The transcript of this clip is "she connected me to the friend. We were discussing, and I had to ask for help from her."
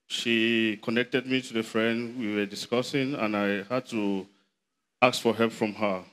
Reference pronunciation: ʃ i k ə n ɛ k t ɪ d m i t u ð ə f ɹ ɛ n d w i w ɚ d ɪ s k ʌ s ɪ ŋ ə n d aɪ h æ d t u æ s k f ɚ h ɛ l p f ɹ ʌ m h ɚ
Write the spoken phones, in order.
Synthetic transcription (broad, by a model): ʃ i k ə n ɛ k t ɪ d m i t u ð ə f ɹ ɛ n d w i w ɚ d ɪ s k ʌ s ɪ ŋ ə n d aɪ h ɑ d t u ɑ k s f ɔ h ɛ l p f ɹ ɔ m h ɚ